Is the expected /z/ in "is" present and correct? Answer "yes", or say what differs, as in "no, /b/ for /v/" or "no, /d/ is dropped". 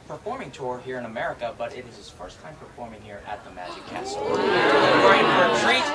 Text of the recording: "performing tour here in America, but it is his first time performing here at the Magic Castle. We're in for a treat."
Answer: yes